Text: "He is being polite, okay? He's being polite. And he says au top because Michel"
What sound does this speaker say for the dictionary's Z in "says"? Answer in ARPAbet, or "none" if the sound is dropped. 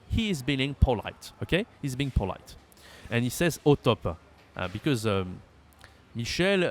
Z